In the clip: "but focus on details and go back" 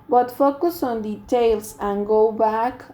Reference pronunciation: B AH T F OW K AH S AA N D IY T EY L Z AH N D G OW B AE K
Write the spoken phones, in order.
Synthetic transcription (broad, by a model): B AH T F OW K AH S AA N D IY T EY L S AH N G OW B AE K